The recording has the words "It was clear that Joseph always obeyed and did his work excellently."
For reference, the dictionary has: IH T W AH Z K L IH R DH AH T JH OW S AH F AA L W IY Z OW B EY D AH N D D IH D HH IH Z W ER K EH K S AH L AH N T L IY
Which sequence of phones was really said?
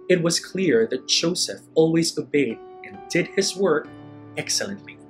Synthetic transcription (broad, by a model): IH T W AH Z K L IH R DH AH T JH OW S AH F AA L W IY Z OW B EY D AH N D D IH D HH IH Z W ER K EH K S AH L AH N T L IY